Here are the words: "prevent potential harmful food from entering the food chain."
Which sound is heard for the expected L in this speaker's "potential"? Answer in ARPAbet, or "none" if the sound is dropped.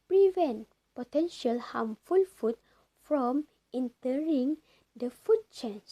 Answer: L